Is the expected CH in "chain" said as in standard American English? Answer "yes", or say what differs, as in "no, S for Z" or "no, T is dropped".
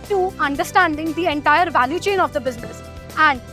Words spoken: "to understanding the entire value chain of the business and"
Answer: yes